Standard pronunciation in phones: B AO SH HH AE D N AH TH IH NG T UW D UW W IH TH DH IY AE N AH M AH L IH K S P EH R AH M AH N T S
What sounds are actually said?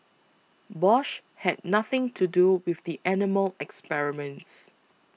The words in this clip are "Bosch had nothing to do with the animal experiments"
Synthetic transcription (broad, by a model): B AO SH HH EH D N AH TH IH NG T UW D UW W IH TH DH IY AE N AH M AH L IH K S P EH R AH M AH N T S